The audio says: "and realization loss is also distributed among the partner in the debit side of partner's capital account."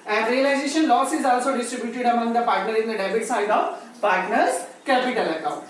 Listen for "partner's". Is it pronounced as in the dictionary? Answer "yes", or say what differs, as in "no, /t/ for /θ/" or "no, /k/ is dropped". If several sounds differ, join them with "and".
yes